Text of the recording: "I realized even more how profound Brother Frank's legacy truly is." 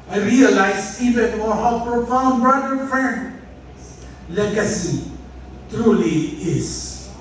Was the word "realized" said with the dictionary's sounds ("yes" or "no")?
no